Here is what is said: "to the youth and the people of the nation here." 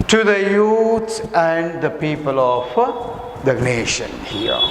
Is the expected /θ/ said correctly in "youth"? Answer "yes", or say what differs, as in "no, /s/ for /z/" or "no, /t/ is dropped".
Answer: no, /s/ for /θ/